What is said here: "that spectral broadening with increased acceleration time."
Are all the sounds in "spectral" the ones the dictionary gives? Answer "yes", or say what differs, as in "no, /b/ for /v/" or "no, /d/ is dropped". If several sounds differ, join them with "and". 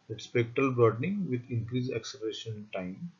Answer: yes